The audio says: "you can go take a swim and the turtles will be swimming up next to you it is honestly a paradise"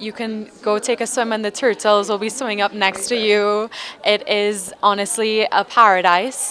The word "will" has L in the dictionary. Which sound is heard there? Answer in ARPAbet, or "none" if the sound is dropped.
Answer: L